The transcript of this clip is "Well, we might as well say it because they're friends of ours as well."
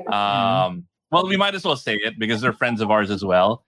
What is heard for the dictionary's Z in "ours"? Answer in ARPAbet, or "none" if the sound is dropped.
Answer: Z